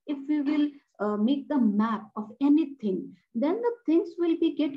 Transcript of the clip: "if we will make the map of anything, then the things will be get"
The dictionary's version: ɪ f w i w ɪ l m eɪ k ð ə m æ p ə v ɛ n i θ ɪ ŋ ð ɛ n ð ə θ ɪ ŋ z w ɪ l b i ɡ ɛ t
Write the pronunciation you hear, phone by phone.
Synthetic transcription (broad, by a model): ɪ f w i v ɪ l m eɪ k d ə m æ p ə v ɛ n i t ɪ ŋ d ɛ n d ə t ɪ ŋ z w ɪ l b i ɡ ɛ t